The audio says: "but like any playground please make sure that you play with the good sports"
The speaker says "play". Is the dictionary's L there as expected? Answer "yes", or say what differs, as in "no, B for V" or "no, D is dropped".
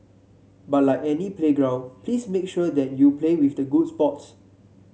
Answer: yes